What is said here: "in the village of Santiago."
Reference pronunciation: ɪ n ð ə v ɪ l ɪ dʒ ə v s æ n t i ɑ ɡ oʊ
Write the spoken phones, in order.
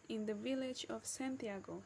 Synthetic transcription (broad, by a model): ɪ n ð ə v ɪ l ɪ dʒ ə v s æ n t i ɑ ɡ oʊ